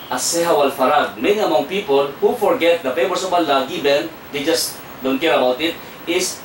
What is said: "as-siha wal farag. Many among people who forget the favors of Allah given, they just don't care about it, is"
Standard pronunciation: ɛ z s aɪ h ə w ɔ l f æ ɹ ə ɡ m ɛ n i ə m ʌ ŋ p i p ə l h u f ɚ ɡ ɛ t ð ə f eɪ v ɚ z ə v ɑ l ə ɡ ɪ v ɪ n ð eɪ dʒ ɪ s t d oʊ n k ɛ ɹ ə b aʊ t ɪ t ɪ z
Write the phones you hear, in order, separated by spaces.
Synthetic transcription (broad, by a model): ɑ s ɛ h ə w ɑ l f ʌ ɹ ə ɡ m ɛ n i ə m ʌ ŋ p i p ə l h u f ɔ ɡ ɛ t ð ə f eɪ w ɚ s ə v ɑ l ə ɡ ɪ b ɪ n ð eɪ dʒ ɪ s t d oʊ n k ɛ ɹ ə b aʊ t ɪ t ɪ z